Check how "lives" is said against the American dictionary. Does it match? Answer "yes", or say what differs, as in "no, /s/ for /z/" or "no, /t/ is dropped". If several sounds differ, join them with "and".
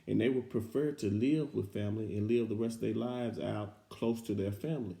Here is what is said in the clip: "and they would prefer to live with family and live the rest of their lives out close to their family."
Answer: yes